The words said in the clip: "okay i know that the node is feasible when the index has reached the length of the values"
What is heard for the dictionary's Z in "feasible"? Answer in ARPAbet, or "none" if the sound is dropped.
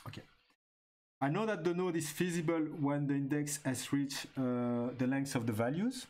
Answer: Z